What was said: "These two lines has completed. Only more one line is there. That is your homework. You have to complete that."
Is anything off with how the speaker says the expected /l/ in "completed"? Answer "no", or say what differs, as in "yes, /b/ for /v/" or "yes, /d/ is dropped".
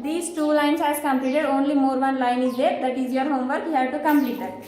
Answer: no